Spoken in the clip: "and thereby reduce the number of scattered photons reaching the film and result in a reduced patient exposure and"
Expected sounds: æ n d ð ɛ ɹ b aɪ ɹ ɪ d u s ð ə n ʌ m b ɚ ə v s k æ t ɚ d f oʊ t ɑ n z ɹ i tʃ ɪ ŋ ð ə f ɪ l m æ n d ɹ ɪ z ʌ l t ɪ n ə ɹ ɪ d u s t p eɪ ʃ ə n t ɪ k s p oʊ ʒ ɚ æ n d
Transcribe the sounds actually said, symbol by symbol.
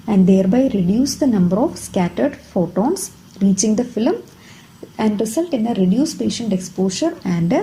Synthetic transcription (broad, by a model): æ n d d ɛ ɹ b aɪ ɹ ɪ d u s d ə n ʌ m b ɚ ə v s k æ t ɚ d f oʊ t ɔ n s ɹ i tʃ ɪ ŋ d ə f ɪ l m æ n d ɹ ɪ s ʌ l t ɪ n ə ɹ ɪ d u s p eɪ ʃ ə n t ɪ k s p oʊ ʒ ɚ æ n d